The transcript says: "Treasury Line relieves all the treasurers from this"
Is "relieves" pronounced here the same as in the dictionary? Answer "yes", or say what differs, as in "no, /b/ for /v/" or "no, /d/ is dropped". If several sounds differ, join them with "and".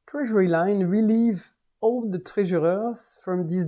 no, /z/ is dropped